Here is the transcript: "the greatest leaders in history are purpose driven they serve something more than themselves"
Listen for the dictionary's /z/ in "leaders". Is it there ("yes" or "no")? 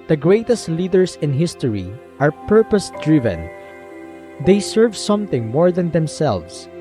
no